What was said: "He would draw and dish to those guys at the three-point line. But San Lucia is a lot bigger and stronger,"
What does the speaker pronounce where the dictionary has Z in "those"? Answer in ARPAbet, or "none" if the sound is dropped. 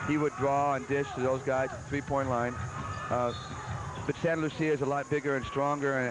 Z